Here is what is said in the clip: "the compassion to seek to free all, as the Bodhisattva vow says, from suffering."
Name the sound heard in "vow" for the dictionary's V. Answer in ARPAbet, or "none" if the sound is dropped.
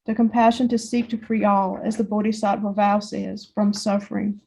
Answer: V